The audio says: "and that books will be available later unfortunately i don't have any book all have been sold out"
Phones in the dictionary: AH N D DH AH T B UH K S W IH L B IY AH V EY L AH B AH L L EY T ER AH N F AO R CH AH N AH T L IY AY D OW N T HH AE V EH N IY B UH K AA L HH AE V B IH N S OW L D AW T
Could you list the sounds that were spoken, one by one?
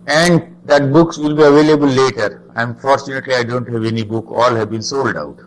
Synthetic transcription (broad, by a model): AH N D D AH T B UH K S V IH L B IY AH V EY L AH B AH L L EY T ER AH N F AO R CH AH N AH T L IY AY D OW N T HH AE V EH N IY B UH K AA L HH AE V B IH N S OW L D AW T